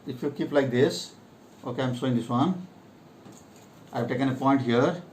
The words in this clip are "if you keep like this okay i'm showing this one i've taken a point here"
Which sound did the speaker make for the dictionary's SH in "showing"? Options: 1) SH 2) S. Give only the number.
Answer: 2